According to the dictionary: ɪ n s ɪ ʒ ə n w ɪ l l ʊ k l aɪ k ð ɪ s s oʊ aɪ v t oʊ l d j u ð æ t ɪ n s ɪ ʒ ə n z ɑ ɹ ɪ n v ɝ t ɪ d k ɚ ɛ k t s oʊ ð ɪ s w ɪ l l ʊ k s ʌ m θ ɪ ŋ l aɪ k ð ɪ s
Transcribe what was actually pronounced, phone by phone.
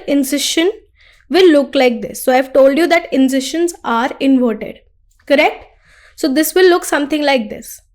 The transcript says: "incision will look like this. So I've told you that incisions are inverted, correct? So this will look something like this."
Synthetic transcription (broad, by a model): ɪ n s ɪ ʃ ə n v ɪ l l ʊ k l aɪ k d ɪ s s oʊ aɪ v t oʊ l d j u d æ t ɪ n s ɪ ʃ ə n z ɑ ɹ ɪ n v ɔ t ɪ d k ɚ ɛ k t s oʊ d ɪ s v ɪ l l ʊ k s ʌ m t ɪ ŋ l aɪ k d ɪ s